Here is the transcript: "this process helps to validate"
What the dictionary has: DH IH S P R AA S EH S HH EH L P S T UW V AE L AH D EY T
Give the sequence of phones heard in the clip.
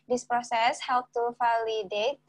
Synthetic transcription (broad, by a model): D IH S P R AA S EH S HH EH L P T UW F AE L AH D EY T